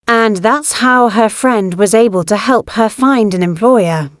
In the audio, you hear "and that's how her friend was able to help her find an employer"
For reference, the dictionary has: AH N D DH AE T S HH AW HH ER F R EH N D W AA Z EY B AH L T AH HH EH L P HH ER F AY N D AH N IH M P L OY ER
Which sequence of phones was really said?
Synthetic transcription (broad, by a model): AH N DH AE T S HH AW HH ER F R EH N D W AA Z EY B AH L T AH HH EH L P HH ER F AY N D AH N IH M P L OY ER